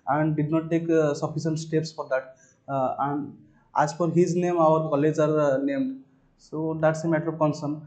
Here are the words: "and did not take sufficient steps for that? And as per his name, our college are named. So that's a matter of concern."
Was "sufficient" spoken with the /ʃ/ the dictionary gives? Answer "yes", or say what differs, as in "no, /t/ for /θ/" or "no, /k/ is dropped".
no, /s/ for /ʃ/